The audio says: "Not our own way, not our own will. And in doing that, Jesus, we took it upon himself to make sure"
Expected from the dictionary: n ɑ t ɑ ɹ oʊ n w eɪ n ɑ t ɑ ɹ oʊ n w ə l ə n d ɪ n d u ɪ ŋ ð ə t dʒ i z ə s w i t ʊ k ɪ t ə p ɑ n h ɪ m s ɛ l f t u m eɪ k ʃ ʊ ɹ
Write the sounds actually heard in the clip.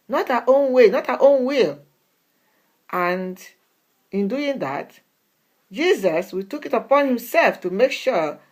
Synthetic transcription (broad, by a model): n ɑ t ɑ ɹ oʊ n w eɪ n ɑ t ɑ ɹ oʊ n w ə l ə n d ɪ n d u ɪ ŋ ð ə t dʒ i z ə s w i t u k ɪ t ə p ɑ n h ɪ m s ɛ l f t u m eɪ k ʃ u